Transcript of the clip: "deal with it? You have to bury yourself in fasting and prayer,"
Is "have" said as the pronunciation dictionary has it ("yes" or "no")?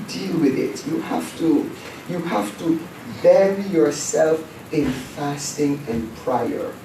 no